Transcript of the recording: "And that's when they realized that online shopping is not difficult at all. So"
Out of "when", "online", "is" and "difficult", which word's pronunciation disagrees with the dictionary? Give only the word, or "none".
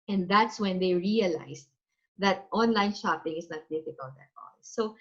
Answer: is